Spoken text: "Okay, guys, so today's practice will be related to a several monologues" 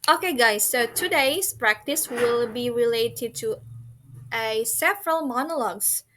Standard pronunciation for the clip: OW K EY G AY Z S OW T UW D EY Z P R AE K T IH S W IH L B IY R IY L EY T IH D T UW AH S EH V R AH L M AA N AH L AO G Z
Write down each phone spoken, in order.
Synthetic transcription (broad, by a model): OW K EY G AY S OW T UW D EY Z P R AE K T IH S W IH L B IY R IY L EY T IH D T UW AH S EH V R AH L M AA N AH L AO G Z